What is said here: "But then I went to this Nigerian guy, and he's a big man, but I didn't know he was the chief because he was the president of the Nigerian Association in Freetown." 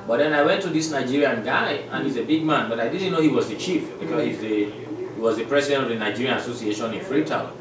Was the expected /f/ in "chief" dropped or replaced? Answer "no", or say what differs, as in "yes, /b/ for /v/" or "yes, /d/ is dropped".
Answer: no